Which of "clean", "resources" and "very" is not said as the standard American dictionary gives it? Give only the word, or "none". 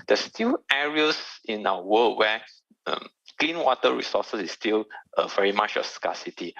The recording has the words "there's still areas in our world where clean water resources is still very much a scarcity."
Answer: resources